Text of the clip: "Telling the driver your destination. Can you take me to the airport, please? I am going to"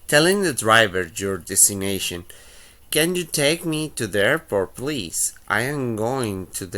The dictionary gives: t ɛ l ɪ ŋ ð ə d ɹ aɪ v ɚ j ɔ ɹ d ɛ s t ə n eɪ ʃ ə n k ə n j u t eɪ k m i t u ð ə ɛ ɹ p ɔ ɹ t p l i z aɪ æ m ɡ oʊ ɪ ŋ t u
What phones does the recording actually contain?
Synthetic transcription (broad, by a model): t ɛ l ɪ ŋ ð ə d ɹ aɪ v ɚ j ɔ ɹ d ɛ s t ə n eɪ ʃ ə n k ə n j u t eɪ k m i t u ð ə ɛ ɹ f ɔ ɹ p l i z aɪ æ m ɡ oʊ ɪ ŋ t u